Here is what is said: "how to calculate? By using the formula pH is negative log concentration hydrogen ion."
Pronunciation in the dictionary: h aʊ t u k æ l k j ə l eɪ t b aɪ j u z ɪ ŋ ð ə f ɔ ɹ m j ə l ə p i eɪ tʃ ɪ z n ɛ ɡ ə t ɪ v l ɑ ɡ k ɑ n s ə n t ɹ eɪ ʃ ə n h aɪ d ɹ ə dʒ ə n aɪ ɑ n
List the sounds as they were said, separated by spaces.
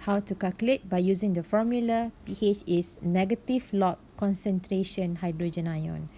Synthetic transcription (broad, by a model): h aʊ t u k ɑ l k j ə l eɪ t b aɪ j u z ɪ ŋ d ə f ɔ m j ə l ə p i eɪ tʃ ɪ s n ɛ ɡ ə t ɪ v l ɑ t k ɑ n s ə n t ɹ eɪ ʃ ə n h aɪ d ɹ ə dʒ ə n aɪ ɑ n